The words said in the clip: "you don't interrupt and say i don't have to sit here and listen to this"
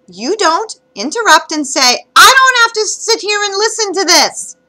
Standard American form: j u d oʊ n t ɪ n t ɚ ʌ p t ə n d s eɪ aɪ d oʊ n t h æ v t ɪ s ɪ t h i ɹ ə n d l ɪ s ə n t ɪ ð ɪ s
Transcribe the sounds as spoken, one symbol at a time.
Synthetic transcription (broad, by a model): j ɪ d oʊ n t ɪ n t ɚ ʌ p t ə n s eɪ aɪ d oʊ n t h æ f t ɪ s ɪ t h i ɹ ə n l ɪ s ə n t ɪ ð ɪ s